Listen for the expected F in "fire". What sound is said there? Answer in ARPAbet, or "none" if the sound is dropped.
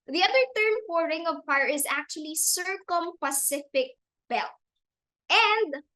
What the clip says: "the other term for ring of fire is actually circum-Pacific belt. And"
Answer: P